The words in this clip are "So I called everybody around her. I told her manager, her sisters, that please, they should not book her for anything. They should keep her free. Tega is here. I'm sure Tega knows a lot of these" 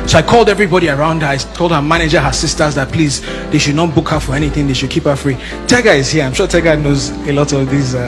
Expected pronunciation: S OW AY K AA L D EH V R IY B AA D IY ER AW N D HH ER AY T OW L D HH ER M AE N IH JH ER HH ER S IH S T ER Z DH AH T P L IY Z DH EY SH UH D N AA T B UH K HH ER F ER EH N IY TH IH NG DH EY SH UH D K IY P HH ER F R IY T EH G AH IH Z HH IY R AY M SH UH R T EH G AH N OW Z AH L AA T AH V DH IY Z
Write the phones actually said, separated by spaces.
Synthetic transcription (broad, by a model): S OW AY K AA L D EH V R IY B AA D IY ER AW N D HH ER AY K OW L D HH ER M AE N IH JH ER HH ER S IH S T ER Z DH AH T P L IY Z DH EY SH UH D N AA T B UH K HH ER F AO EH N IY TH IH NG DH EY SH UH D K IY P HH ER F R IY T EH G AH IH Z HH IY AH AY M SH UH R T EH G AH N OW Z AH L AA T AH V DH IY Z